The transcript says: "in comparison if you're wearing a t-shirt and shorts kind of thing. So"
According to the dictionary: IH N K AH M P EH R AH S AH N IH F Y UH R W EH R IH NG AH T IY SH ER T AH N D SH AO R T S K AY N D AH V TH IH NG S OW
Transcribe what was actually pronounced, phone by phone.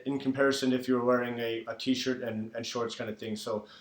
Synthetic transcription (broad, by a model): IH N K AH M P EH R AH S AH N IH F Y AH R W EH R IH NG AH T IY SH ER T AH N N SH AO R T S K AY N D AH V TH IH NG S OW